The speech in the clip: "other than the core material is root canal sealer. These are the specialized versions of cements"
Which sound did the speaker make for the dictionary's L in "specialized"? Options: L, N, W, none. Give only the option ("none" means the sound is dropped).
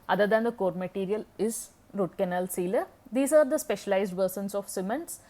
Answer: L